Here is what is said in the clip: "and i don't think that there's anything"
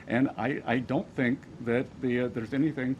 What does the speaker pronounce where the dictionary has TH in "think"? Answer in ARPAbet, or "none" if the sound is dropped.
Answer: TH